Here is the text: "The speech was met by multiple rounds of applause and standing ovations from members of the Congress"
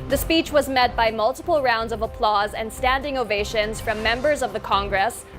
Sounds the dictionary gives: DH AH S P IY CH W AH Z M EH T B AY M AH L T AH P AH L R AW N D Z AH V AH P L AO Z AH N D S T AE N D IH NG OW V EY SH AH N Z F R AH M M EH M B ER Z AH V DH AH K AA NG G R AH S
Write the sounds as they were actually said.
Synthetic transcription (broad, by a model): DH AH S P IY CH W AH Z M EH T B AY M AH L T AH P L R AW N D Z AH V AH P L AO Z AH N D S T AE N D IH NG OW V EY SH AH N Z F R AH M M EH M B ER Z AH V DH AH K AA NG G R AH S